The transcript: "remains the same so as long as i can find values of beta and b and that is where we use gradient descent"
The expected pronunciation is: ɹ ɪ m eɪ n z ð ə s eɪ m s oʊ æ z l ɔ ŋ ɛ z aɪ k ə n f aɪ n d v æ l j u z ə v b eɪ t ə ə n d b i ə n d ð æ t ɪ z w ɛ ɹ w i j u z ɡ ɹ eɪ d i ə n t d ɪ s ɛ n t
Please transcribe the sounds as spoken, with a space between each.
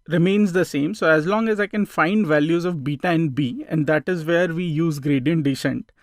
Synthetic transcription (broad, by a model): ɹ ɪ m eɪ n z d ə s eɪ m s oʊ æ z l ɔ ŋ ɛ z aɪ k ə n f aɪ n d v æ l j u z ə v b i t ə ə n d b i ə n d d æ t ɪ z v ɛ ɹ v i j u z ɡ ɹ eɪ d i ə n t d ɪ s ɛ n t